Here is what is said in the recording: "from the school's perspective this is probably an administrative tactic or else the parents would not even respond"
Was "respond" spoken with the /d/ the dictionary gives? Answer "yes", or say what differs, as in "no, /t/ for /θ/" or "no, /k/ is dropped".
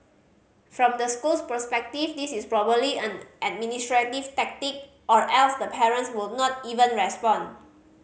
no, /d/ is dropped